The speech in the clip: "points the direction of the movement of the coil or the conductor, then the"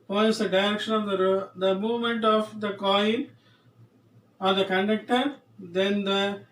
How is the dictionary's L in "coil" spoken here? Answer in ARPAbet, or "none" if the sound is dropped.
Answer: N